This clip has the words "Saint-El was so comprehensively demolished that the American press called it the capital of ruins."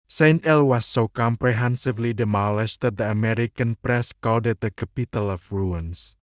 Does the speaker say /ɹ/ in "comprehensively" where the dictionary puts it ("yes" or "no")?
yes